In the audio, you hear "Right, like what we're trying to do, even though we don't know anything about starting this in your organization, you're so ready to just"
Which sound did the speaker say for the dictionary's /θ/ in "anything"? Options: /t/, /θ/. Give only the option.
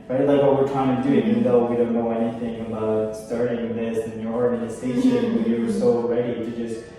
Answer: /θ/